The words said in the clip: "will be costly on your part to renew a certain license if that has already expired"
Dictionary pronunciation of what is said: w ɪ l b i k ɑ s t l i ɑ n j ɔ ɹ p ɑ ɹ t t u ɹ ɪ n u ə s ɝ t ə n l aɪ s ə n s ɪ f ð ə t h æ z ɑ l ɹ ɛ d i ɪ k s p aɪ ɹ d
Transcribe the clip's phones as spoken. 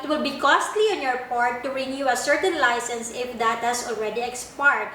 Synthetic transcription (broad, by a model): w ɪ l b i k ɑ s t l i ɑ n j ɔ ɹ p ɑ ɹ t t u ɹ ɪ n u ə s ɝ t ə n l aɪ s ə n s ɪ f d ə t h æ s ɑ l ɹ ɛ d i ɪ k s p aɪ ɹ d